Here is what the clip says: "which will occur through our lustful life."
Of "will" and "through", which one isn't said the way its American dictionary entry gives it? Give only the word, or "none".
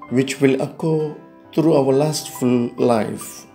through